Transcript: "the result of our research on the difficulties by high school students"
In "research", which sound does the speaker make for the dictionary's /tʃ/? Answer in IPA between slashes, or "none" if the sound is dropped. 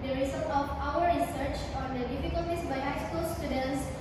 /tʃ/